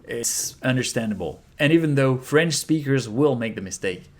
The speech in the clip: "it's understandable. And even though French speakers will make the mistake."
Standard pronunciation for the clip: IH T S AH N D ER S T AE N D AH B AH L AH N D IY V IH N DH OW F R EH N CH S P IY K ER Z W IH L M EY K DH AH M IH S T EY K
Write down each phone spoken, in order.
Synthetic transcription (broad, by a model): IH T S AH N D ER S T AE N D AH B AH L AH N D IY V IH N DH OW F R EH N CH S P IY K ER Z W IH L M EY K DH AH M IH S T EY K